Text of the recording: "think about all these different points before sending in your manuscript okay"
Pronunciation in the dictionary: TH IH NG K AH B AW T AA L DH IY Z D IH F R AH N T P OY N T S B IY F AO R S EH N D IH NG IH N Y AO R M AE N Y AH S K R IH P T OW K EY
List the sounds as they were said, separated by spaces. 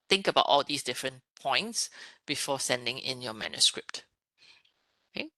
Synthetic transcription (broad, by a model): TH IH NG K AH B AW T AA L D IY S D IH F R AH N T P OY N T S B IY F AO S EH N D IH NG IH N Y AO M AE N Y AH S K R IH P T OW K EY